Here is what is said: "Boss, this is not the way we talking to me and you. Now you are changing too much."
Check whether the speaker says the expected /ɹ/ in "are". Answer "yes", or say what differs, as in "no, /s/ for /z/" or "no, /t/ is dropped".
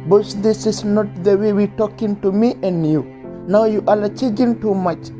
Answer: no, /l/ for /ɹ/